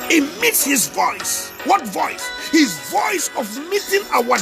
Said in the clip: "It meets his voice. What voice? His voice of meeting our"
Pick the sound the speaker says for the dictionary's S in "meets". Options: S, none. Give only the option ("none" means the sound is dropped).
S